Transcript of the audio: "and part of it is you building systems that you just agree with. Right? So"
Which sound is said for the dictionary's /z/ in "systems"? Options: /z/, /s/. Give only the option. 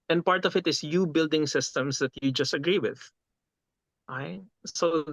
/s/